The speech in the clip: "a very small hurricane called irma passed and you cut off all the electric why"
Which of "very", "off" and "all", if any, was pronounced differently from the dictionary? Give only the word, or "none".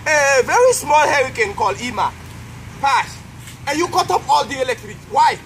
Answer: off